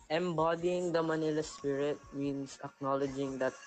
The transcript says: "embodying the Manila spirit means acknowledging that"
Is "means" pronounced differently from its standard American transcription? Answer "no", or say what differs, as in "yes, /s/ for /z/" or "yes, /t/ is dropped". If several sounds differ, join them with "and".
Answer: yes, /s/ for /z/